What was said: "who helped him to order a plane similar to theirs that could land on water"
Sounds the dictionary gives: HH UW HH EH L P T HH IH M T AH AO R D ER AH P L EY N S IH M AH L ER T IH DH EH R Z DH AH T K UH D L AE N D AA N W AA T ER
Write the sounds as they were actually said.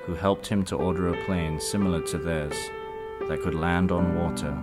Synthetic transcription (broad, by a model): HH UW HH EH L P T HH IH M T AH AO R D ER AH P L EY N S IH M L ER T IH DH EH R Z DH AH T K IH D L AE N D N W AA T ER